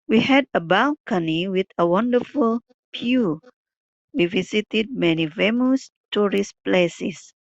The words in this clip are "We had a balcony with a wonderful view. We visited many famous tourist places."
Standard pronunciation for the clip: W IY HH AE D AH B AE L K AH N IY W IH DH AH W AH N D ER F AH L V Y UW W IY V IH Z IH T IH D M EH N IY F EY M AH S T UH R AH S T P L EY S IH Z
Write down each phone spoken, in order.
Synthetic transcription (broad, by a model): W IY HH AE D AH B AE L K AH N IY W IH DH AH W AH N D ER F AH L P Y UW W IY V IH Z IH T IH D M EH N IY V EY M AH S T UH R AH S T P L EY S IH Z